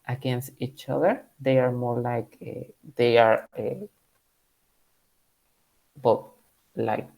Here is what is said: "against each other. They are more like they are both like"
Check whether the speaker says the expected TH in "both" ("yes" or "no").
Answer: no